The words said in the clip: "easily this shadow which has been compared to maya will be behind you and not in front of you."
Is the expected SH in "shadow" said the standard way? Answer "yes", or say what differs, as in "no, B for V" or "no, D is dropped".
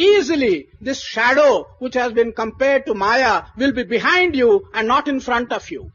yes